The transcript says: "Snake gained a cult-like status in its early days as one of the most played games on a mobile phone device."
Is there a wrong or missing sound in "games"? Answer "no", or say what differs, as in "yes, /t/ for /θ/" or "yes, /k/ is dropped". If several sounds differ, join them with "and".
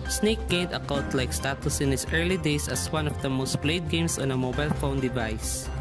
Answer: yes, /s/ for /z/